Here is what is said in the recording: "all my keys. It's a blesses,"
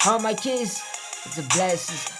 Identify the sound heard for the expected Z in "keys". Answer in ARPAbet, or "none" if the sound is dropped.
S